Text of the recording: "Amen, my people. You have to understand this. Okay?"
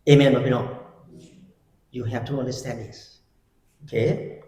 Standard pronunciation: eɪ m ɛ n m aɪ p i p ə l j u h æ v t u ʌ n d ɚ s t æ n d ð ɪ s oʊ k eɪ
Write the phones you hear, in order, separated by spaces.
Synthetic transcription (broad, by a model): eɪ m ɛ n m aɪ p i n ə n j u h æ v t u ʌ n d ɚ s t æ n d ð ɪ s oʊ k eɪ